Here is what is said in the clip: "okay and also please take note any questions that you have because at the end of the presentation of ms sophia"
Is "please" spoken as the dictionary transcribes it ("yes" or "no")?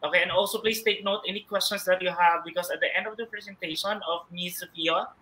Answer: no